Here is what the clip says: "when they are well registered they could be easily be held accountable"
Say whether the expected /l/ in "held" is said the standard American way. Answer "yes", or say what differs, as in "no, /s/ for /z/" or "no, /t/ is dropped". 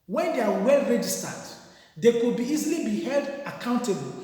yes